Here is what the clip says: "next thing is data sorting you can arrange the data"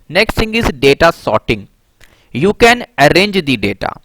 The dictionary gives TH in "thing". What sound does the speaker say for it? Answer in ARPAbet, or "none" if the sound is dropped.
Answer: S